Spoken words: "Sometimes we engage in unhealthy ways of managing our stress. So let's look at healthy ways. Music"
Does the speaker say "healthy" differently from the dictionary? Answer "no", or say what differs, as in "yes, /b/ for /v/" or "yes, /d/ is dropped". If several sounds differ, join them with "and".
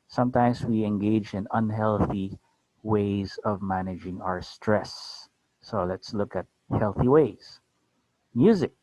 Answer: no